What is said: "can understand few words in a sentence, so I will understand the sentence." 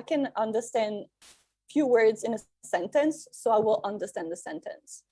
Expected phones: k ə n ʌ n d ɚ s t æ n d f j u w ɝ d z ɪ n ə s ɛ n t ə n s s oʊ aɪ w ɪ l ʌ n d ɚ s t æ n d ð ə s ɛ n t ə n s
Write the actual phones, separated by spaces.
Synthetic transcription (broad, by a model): k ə n ʌ n d ɚ s t æ n d f j u w ɝ d z ɪ n ə s ɛ n t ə n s s oʊ aɪ w ɪ l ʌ n d ɚ s t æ n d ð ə s ɛ n t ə n s